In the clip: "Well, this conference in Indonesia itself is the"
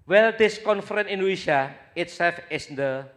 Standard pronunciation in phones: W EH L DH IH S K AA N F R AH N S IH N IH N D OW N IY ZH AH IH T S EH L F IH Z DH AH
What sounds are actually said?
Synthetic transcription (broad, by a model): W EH L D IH S K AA N F AH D IH N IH N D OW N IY SH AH IH T S EH L F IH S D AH